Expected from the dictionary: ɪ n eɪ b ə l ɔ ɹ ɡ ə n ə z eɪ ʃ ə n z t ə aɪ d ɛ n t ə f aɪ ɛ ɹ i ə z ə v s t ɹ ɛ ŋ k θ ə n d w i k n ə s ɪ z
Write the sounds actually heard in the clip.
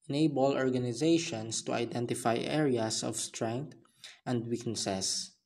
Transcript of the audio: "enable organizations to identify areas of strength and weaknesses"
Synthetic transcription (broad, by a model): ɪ n eɪ b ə l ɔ ɹ ɡ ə n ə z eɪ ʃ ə n s t ə aɪ d ɛ n t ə f aɪ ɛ ɹ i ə s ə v s t ɹ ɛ ŋ k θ ə n d w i k n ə s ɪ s